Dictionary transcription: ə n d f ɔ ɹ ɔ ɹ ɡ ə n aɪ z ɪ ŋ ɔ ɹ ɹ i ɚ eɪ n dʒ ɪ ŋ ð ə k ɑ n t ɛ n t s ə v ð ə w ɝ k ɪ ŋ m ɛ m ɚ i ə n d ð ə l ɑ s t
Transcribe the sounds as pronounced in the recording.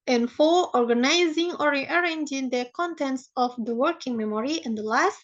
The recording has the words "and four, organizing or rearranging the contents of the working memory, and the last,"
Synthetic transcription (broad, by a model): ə n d f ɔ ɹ ɔ ɹ ɡ ə n aɪ z ɪ ŋ ɔ ɹ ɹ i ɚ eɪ n dʒ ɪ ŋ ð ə k ɑ n t ɛ n t s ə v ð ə w ɝ k ɪ ŋ m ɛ m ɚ i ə n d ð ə l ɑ s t